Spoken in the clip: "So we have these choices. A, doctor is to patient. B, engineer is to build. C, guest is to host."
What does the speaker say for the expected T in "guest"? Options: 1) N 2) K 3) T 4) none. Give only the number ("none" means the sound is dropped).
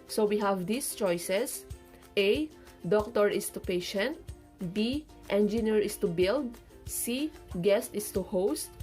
3